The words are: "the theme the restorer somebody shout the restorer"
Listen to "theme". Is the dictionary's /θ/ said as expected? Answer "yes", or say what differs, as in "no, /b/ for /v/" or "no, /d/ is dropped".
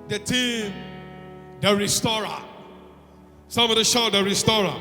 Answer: no, /t/ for /θ/